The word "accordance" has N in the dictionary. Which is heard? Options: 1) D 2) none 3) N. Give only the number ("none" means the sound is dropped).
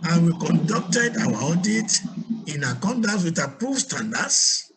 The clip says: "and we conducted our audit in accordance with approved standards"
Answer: 2